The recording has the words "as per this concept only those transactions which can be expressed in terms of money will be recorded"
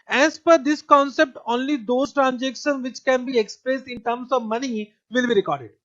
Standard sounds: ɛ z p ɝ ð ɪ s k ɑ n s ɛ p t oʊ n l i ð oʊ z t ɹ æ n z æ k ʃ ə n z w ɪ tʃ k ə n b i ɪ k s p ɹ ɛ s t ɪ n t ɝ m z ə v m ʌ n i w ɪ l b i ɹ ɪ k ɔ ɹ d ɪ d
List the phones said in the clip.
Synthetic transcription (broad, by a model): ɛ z p ɝ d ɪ s k ɑ n s ɛ p t oʊ n l i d oʊ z t ɹ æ n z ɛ k ʃ ə n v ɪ tʃ k ə n b i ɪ k s p ɹ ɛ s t ɪ n t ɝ m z ə v m ʌ n i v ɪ l b i ɹ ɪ k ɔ ɹ d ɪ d